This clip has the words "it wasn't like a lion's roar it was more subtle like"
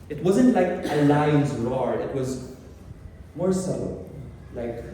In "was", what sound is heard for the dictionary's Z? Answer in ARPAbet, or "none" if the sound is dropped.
Z